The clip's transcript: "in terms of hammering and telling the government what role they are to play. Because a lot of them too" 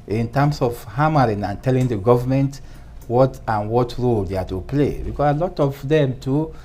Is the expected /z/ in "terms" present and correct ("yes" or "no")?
no